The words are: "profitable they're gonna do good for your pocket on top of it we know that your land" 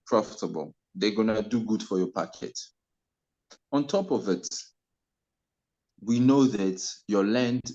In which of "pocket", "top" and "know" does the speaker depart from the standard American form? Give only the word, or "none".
none